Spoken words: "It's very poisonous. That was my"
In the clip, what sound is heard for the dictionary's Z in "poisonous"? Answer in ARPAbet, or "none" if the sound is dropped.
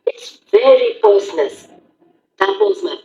S